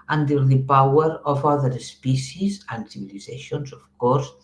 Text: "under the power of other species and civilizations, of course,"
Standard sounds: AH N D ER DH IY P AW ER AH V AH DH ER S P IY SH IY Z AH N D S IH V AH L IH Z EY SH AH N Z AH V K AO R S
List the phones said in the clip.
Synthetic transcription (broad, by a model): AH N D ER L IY P AW ER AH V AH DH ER S P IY S IY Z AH N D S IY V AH L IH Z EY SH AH N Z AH F K AO R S